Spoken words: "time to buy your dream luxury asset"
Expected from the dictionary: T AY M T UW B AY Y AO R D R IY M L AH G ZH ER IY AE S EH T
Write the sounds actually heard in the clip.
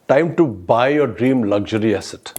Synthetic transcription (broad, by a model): T AY M T UW B AY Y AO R D R IY M L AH G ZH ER IY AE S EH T